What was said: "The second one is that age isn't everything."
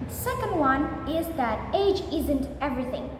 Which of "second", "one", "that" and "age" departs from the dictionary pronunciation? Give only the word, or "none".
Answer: none